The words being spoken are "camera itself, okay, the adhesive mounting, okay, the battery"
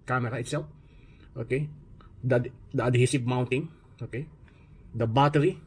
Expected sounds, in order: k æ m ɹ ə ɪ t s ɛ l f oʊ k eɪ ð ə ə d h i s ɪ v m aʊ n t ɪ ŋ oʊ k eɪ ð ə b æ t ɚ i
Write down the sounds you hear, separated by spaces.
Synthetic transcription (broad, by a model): k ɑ m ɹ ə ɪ t s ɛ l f oʊ k eɪ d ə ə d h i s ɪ p m aʊ n t ɪ ŋ oʊ k eɪ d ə b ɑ t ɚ i